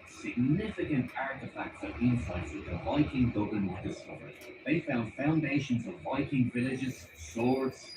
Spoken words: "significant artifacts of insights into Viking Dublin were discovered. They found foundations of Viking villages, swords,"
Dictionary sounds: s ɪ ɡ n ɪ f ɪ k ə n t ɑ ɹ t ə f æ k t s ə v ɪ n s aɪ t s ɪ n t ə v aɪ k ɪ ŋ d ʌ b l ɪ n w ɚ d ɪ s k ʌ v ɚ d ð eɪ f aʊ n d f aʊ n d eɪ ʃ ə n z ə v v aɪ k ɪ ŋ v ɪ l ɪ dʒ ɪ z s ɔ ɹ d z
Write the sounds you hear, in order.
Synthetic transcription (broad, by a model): s ɪ ɡ n ɪ f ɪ k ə n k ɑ ɹ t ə f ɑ k t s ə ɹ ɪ n s aɪ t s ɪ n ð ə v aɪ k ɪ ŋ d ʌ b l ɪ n w ɚ d ɪ s k ʌ v ɚ d ð eɪ f aʊ n d f aʊ n d eɪ ʃ ə n z ə v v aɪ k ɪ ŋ v ɪ l ɪ dʒ ɪ z s ɔ ɹ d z